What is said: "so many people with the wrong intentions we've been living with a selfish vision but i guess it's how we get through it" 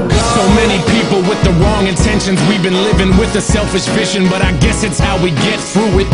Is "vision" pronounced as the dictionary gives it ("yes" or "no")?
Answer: no